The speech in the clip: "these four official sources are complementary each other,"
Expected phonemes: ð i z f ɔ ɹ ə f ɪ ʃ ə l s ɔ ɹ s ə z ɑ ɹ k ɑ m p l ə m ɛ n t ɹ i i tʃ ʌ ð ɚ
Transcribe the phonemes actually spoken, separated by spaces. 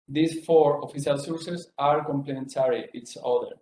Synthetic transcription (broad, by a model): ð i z f ɔ ɹ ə f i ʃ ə l s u ɹ s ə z ɑ ɹ k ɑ m p l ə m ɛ n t ɹ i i s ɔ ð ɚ